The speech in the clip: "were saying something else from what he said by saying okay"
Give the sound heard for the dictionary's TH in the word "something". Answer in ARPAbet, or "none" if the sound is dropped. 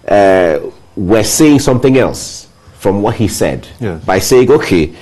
TH